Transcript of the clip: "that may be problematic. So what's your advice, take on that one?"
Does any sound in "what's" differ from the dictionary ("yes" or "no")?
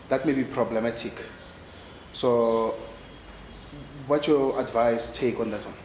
yes